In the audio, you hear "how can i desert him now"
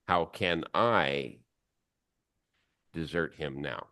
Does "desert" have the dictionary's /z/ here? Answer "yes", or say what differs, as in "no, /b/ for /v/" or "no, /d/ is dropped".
yes